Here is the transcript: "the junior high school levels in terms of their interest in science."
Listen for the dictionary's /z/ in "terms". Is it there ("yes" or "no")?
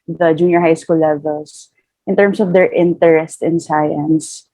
no